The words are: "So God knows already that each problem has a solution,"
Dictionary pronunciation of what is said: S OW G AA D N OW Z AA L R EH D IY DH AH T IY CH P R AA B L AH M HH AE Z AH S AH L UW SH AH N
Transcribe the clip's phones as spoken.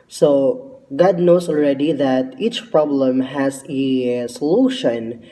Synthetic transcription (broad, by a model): S OW G AA D N OW S AA L R EH D IY DH AH T IY CH P R AA B L AH M HH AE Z AH S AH L UW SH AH N